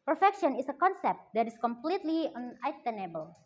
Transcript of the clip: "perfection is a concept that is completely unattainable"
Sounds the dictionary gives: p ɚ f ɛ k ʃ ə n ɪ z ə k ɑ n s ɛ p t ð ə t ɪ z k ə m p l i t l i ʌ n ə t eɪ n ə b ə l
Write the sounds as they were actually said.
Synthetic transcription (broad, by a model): p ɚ f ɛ k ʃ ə n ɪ s ə k ɑ n s ɛ p t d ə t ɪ s k ə m p l i t l i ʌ n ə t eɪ n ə b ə l